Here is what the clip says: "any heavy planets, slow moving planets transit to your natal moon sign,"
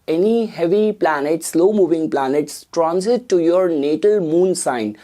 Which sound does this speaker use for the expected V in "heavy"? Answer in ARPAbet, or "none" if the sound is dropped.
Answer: V